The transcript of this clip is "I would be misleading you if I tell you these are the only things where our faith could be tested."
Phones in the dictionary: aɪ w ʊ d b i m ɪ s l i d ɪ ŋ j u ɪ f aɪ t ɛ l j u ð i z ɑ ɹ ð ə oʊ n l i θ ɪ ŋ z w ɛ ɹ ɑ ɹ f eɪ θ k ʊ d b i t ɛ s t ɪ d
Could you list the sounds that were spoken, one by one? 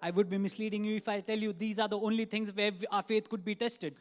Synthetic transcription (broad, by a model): aɪ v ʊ d b i m ɪ s l i d ɪ ŋ j u ɪ f aɪ t ɛ l j u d i z ɑ ɹ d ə oʊ n l i t ɪ ŋ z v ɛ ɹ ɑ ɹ f eɪ t k ʊ d b i t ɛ s t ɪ d